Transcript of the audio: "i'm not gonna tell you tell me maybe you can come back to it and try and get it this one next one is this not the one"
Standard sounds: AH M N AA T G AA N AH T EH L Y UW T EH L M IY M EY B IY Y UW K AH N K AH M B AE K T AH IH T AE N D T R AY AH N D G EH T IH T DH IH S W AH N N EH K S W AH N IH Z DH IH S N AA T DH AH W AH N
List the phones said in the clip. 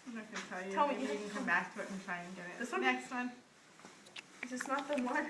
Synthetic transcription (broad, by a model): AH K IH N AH T EH L Y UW T EH L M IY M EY IY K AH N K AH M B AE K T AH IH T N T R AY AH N G EH T IH T DH IH S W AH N N EH K S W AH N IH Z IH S N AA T DH AH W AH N